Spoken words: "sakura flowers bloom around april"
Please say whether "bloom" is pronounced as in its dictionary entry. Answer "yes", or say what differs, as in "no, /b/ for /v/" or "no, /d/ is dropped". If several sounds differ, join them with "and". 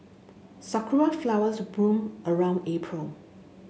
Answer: no, /l/ is dropped